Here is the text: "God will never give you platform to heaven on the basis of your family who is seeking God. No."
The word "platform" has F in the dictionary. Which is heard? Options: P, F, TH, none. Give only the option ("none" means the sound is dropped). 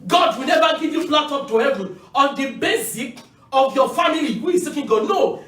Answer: none